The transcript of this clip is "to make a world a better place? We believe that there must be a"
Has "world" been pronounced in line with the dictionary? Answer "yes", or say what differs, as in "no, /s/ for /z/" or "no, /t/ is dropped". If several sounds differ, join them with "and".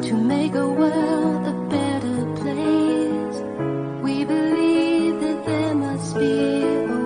no, /d/ is dropped